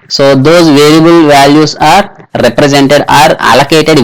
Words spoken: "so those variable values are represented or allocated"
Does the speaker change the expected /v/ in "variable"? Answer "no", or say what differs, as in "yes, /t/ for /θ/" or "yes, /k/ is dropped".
no